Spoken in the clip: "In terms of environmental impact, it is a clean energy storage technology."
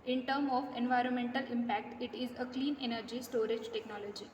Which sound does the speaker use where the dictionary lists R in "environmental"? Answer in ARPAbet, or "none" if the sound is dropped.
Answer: R